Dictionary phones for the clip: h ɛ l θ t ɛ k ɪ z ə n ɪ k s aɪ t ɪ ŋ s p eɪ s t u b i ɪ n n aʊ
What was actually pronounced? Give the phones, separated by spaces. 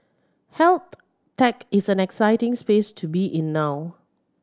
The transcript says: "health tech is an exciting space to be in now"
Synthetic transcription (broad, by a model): h ɛ l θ t ɛ k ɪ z ə n ɪ k s aɪ t ɪ ŋ s p eɪ s t u b i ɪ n n aʊ